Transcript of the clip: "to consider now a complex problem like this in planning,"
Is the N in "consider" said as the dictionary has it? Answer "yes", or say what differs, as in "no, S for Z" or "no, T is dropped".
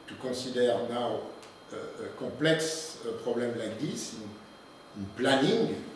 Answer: no, N is dropped